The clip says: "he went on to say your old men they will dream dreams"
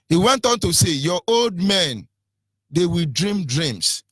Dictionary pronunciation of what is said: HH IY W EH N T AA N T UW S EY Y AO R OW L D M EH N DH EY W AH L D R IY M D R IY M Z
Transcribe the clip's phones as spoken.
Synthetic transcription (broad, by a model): HH IY W EH N T AA N T UW S EY Y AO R OW L D M EH N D EY W AH L D R IY M D R IY M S